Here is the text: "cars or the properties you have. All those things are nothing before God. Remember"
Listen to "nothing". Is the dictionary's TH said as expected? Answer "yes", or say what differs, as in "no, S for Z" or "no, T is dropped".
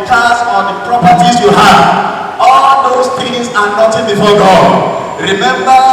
no, T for TH